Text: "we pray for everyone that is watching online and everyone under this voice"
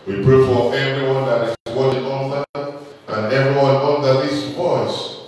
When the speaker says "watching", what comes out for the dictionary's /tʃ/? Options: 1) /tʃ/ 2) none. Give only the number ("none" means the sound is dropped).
2